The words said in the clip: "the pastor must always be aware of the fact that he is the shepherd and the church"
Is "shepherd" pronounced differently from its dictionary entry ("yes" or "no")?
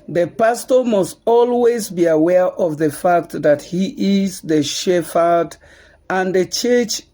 yes